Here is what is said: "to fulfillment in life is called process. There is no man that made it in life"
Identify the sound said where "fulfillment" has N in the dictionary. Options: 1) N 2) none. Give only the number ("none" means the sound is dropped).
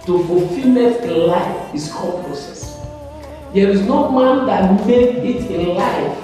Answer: 2